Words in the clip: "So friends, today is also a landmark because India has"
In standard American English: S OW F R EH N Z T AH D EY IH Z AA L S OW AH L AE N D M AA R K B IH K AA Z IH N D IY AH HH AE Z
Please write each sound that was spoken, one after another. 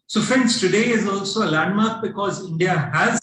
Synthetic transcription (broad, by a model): S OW F IH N S T AH D EY IH Z AA L S OW AH L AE N D M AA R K B IH K AA Z IH N D IY AH HH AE Z